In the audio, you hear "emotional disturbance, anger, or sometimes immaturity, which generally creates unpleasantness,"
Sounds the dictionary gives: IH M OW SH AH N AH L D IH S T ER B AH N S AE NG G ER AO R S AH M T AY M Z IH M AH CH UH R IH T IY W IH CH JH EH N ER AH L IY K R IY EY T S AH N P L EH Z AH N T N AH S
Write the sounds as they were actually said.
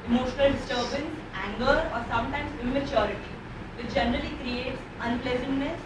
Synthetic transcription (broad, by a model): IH M OW SH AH N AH L D IH S T ER B AH N S AE NG G ER AO R S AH M T AY M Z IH M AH CH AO R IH T IY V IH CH JH EH N ER AH L IY K R IY EY T S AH N P L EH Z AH N T N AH S